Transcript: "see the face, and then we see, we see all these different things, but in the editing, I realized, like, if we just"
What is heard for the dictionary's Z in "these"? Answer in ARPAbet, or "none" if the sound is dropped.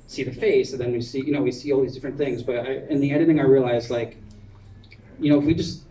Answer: Z